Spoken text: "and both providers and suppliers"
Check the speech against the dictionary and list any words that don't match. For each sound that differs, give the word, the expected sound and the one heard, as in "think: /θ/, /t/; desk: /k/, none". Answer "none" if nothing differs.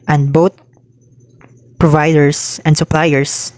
both: /θ/, /t/; providers: /z/, /s/